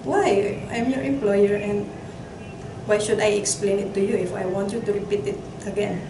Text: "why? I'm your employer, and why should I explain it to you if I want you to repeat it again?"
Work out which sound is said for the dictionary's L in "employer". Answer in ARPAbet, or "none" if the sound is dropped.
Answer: L